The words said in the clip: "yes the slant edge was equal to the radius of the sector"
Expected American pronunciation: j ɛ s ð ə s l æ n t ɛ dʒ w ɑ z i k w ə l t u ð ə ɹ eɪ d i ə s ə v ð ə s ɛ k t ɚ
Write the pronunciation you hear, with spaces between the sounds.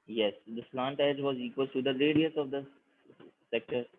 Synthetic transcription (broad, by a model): j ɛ s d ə s l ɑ n t ɛ dʒ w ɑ z i k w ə l t u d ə l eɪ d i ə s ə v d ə s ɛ k t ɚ